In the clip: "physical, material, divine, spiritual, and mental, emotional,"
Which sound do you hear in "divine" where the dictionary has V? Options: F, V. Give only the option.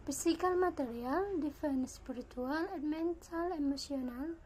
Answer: F